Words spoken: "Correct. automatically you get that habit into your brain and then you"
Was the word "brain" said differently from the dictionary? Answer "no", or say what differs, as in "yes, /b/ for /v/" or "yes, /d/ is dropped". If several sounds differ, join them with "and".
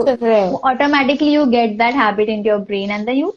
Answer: no